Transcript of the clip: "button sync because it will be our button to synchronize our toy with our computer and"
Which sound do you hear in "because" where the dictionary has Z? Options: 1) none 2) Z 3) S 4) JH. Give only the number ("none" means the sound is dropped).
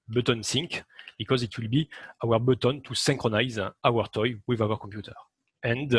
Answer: 2